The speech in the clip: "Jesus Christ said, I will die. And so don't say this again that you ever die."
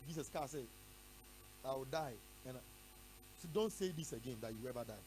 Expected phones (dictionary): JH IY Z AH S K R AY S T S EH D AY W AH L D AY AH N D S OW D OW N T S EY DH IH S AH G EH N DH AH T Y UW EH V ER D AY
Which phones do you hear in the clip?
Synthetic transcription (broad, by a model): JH IY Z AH S K AY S S EH D AY W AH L D AY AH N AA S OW D OW N T S EY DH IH S AH G EH N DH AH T Y UW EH V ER D AY